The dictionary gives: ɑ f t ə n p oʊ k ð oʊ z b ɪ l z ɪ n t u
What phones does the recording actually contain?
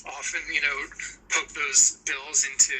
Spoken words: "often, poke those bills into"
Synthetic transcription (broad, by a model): ɑ f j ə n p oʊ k ð oʊ z b ɪ l z ɪ n t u